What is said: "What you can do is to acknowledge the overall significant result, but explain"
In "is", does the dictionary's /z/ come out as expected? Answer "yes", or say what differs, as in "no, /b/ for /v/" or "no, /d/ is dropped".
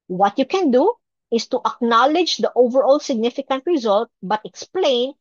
no, /s/ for /z/